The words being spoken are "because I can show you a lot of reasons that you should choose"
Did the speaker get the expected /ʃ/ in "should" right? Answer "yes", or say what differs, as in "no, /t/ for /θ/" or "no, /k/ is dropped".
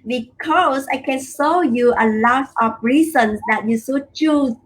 no, /s/ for /ʃ/